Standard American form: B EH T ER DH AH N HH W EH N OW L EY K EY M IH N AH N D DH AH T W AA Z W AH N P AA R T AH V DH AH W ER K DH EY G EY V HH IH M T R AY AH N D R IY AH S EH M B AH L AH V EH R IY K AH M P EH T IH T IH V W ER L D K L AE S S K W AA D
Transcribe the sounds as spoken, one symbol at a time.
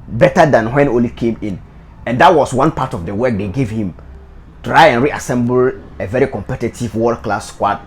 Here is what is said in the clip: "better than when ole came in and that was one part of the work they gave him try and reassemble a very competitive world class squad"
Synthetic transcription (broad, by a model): B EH T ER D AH N HH W EH N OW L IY K EY M IH N AH N D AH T W AA S W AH N P AA T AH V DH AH W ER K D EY G EY V HH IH M T R AY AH N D R IY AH S EH M B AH L AH V EH R IY K AH M P EH T IH T IH V W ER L K L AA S S K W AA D